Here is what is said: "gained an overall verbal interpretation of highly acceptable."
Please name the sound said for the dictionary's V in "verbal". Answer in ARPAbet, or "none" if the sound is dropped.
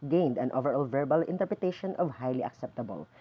V